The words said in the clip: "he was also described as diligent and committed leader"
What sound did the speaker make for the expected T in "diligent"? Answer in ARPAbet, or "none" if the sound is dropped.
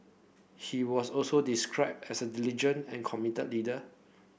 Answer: none